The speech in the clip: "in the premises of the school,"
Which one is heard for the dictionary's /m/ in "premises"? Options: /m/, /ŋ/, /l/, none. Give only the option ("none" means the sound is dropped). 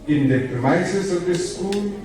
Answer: none